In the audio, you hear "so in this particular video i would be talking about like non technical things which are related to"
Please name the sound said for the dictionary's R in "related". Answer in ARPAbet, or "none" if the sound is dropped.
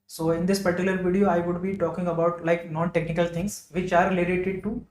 L